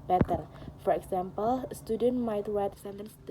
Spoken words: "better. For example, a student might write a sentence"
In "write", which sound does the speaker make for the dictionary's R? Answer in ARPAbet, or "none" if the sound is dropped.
W